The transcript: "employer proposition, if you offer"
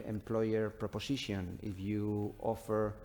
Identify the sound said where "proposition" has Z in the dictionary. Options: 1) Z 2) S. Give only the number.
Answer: 2